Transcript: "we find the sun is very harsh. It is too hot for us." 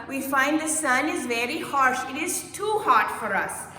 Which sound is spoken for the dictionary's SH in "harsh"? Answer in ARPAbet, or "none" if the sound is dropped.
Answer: SH